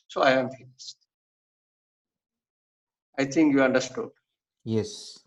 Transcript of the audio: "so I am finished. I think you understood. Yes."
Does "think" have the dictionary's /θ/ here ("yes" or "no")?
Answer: no